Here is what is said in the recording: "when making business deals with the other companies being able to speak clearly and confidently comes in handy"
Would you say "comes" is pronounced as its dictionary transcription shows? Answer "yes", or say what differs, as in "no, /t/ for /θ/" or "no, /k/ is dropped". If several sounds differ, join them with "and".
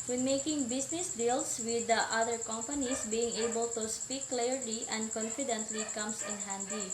no, /s/ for /z/